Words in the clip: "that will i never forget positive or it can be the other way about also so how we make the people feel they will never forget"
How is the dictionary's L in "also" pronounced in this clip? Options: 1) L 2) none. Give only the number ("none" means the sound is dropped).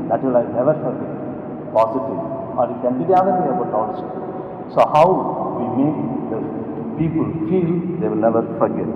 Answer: 2